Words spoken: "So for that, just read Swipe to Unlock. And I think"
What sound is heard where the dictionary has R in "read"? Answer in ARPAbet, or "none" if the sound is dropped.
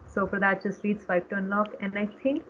L